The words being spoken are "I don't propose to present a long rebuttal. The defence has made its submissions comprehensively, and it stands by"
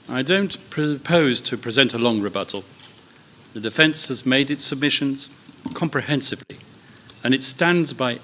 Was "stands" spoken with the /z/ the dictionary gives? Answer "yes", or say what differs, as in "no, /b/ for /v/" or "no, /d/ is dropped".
yes